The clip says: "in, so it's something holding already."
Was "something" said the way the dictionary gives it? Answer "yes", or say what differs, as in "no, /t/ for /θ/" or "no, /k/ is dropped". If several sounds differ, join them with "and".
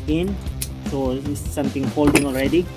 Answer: no, /t/ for /θ/